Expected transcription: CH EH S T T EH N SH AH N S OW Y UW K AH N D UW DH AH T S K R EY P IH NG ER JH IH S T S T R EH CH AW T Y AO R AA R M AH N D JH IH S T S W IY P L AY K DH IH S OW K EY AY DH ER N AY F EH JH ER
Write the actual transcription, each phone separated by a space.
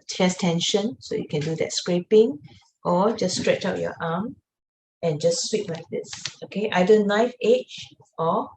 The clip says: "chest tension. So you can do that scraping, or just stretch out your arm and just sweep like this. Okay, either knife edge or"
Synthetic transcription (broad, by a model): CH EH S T T EH N SH AH N S OW Y UW K AH N D UW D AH T S K R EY P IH NG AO JH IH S S T R EH CH AW T Y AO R AA M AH N JH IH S S W IY P L AY K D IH S OW K EY AY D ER N AY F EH CH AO